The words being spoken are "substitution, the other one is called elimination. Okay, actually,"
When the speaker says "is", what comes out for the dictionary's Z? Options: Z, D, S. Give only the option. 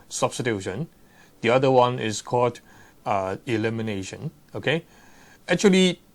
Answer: S